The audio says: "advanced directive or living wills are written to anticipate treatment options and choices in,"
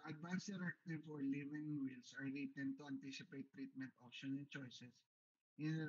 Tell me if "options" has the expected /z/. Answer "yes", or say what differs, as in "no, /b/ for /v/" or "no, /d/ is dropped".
no, /z/ is dropped